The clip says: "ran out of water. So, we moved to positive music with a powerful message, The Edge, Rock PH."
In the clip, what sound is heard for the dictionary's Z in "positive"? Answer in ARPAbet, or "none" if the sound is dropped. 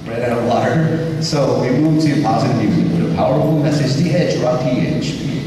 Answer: Z